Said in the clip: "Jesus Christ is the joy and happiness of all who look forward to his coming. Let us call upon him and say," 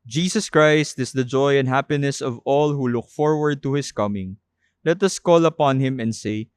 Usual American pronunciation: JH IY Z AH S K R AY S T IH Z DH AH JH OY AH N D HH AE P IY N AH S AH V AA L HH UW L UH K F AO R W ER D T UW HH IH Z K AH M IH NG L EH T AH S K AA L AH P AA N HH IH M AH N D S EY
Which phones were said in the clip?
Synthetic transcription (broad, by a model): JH IY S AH S K R AY S T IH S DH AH JH OY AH N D HH AE P IY N AH S AH V AA L HH UW L UH K F AO R W ER D T UW HH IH S K AH M IH NG L EH T AH S K AA L AH P AA N HH IH M AH N D S EY